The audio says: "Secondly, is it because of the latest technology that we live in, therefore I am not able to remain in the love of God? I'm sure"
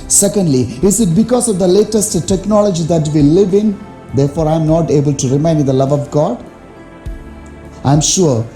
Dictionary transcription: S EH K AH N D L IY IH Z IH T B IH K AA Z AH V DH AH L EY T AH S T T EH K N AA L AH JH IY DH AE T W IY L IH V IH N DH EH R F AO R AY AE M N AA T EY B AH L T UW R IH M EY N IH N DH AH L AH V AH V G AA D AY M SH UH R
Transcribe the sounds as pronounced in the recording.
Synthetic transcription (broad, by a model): S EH K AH N D L IY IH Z IH T B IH K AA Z AH V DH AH L EY T AH S T T EH K N AA L AH JH IY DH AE T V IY L IH V IH N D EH R F AO R AY M N AA T EY B AH L T UW R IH M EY IH N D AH L AH V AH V G AA D AY M SH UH R